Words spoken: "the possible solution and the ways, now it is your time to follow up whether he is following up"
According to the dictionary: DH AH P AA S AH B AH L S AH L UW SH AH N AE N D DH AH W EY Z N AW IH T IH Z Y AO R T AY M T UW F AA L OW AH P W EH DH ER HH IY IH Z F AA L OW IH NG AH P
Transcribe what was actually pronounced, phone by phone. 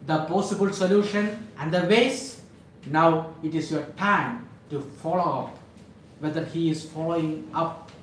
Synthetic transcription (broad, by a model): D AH P AA S AH B AH L S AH L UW SH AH N AE N D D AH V EY S N AW IH T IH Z Y AO R T AY M T UW F AA L OW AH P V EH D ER HH IY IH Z F AA L OW IH NG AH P